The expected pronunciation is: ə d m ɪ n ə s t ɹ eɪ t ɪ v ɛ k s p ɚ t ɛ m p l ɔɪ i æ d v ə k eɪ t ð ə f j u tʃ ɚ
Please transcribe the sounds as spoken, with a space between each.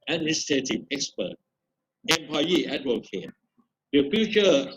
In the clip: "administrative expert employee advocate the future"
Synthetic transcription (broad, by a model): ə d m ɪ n s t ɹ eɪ t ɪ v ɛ k s p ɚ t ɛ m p ɑ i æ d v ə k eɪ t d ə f j u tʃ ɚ